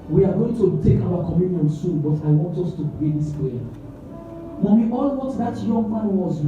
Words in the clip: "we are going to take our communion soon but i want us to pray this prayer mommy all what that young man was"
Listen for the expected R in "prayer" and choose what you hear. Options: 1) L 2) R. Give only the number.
1